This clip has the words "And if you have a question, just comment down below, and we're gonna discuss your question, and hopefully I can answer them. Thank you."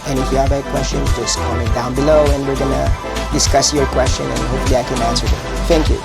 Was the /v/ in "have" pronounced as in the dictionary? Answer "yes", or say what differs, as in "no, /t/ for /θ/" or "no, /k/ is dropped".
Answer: no, /b/ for /v/